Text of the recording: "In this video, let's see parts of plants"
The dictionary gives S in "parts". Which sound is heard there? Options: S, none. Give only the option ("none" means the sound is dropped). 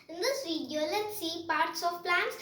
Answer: S